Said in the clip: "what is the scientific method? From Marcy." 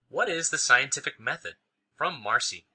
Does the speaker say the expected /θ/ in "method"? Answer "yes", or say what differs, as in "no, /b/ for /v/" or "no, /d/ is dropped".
yes